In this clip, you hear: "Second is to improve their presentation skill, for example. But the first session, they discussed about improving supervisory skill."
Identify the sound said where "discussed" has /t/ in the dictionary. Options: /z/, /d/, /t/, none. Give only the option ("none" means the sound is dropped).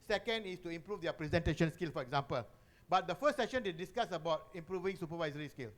none